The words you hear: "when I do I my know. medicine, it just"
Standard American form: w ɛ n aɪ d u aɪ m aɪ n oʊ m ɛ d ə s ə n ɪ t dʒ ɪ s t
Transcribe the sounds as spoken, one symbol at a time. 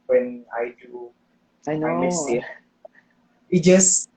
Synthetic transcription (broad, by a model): w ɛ n aɪ d u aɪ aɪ n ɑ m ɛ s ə ɪ t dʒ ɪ s